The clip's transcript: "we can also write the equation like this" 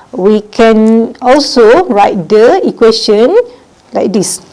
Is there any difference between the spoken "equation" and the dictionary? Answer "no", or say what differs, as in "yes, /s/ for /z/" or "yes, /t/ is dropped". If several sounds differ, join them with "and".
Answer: yes, /s/ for /ʒ/